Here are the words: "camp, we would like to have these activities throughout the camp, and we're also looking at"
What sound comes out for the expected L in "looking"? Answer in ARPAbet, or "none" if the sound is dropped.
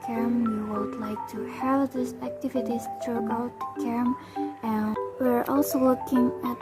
W